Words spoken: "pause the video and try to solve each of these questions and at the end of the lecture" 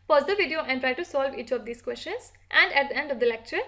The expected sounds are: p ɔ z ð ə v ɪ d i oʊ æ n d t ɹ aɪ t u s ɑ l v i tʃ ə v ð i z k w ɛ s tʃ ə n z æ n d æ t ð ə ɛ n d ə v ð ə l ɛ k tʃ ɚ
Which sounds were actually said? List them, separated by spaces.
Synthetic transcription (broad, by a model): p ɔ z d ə v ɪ d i oʊ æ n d t ɹ aɪ t u s ɑ l v i tʃ ə v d i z k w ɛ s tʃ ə n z æ n d æ t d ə ɛ n d ə v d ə l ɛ k tʃ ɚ